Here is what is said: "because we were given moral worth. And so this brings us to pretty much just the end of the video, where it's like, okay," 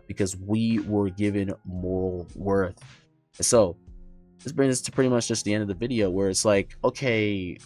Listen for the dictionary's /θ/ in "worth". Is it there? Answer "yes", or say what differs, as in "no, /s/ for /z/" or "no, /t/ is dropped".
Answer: yes